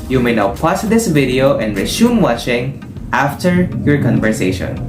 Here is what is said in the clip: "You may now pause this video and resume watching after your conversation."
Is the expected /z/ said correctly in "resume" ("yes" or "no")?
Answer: no